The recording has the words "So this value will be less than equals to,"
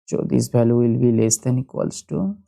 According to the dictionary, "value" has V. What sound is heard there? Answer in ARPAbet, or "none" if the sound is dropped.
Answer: B